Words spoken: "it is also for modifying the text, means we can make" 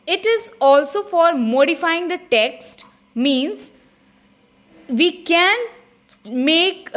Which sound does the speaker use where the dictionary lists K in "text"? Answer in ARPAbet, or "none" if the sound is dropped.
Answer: K